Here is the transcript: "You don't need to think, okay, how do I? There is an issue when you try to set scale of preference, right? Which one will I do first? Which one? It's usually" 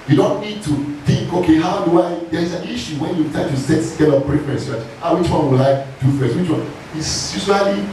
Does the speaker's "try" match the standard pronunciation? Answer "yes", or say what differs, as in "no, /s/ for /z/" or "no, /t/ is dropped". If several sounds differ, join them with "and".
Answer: no, /ɹ/ is dropped